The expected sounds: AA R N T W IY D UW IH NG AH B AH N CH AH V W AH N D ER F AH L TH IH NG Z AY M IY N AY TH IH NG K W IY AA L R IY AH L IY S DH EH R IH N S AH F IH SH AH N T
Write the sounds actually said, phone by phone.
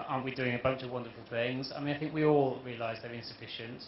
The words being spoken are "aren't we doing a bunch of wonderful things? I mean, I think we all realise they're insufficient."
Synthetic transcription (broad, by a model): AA N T W IY D UW IH NG AH B AH N CH AH V W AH N D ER F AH L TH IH NG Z AY M IY N AY TH IH NG K W IY AA L R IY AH L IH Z DH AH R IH N S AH F IH SH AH N T